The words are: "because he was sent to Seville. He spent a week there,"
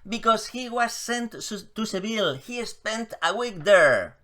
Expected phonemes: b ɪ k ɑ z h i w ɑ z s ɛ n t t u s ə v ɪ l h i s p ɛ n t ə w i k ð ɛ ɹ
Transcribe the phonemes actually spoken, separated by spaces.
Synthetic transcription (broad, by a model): b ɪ k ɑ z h i w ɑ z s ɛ n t t u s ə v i l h i s p ɛ n t ə w i k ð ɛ ɹ